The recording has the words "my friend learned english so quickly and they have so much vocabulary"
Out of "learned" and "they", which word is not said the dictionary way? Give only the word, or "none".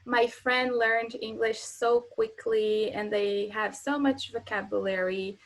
none